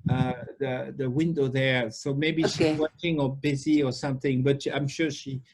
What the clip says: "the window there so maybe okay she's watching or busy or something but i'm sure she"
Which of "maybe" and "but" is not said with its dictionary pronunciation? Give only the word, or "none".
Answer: none